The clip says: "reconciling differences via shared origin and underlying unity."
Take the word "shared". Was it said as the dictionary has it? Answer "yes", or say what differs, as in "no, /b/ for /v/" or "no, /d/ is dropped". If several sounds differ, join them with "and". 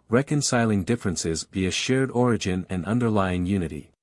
yes